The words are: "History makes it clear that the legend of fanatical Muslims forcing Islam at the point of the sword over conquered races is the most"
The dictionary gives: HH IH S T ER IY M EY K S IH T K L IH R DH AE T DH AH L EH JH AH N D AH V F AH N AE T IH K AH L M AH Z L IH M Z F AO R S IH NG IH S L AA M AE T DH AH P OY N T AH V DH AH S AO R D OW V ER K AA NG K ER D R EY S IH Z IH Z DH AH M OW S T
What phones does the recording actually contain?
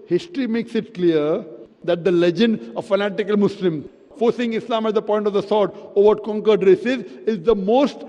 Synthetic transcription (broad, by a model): HH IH S T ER IY M EY K S IH T K L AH R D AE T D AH L EH JH AH N D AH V F AH N AE T IH K AH L M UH S L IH M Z F AO R S IH NG IH S L AA M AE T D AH P OY N T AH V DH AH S AO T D OW V ER K AA NG K ER D R EY S IH Z IH Z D AH M OW S T